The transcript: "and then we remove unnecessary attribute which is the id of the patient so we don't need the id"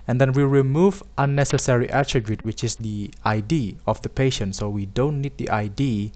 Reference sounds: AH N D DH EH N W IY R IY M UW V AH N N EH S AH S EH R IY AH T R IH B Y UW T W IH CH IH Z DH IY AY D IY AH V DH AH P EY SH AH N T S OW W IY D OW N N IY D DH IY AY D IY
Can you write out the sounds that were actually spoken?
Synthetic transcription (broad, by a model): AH N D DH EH N W IY R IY M UW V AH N N EH S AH S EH R IY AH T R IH B Y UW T W IH CH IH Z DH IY AY D IY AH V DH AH P EY SH AH N T S OW W IY D OW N N IY D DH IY AY D IY